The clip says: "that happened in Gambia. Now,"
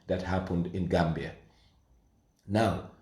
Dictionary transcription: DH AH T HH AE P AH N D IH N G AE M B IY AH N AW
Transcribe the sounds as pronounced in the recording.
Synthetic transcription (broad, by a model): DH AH T HH AE P AH N D IH N G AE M B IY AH N AW